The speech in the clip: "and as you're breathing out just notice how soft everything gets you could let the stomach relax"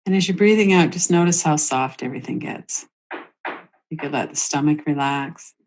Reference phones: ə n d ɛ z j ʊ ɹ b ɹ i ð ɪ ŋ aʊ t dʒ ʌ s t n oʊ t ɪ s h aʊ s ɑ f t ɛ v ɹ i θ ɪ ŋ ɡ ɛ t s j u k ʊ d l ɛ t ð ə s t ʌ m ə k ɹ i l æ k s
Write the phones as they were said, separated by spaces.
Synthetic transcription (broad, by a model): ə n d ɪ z j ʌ ɹ b ɹ i ð ɪ ŋ aʊ t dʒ ʌ s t n oʊ t ɪ s h aʊ s ɑ f t ɛ v ɹ i θ ɪ ŋ ɡ ɛ t s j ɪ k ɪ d l ɛ t ð ə s t ʌ m ə k ɹ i l æ k s